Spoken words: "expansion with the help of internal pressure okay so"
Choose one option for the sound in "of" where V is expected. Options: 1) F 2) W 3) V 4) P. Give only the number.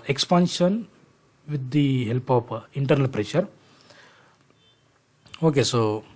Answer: 4